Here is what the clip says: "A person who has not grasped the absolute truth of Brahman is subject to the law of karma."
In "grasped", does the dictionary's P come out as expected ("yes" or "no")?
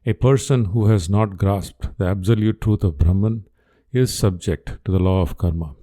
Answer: yes